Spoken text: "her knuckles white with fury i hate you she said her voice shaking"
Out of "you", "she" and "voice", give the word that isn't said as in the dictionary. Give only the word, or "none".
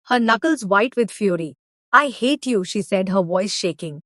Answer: none